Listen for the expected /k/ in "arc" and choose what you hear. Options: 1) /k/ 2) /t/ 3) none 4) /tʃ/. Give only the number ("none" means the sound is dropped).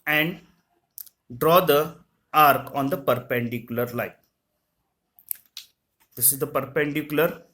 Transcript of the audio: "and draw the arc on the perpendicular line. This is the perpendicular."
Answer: 1